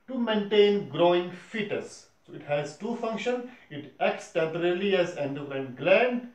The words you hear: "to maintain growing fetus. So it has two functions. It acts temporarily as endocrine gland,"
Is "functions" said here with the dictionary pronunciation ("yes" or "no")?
no